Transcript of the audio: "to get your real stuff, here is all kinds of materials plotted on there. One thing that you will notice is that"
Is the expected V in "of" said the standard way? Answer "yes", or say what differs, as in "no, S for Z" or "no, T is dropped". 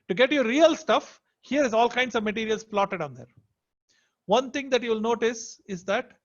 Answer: yes